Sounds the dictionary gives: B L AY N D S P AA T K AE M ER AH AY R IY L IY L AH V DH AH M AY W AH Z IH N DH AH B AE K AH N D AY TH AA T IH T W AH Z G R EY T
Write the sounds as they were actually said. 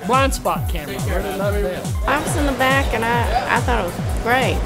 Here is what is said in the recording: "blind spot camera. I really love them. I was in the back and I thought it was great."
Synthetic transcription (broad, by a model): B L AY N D S P AA T K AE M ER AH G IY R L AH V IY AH AY W AH Z IH N DH AH B AE K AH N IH AY TH AA T IH T W AH Z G R EY T